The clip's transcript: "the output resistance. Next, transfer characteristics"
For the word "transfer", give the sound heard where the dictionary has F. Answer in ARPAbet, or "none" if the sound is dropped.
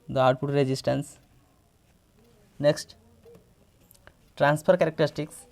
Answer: P